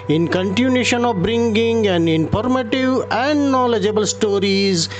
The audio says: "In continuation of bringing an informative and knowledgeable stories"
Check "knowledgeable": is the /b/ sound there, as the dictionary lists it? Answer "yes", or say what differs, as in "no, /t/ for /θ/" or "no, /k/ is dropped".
yes